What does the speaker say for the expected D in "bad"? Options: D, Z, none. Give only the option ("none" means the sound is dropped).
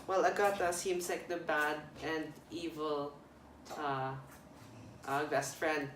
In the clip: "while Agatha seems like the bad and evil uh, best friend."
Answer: D